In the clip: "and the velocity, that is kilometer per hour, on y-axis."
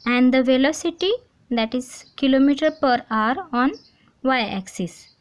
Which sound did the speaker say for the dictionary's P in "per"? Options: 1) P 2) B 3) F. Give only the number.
1